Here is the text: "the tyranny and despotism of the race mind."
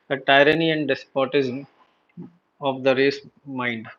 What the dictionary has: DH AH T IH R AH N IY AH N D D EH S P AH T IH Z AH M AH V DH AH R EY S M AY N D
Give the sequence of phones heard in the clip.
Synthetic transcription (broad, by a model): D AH T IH R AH N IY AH N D D EH S P AH T IH Z AH M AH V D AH R EY S M AY N D